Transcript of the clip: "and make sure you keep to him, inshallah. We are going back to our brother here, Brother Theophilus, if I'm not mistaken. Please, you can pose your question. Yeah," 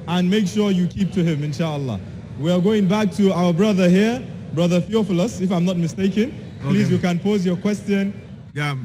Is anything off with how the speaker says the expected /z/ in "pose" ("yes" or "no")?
no